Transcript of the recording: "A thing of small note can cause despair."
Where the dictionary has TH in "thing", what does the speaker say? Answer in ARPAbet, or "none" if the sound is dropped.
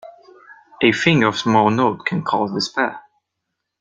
F